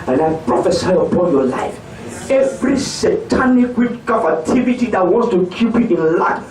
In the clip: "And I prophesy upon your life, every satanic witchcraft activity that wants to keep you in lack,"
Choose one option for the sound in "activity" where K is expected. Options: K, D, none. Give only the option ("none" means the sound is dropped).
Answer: none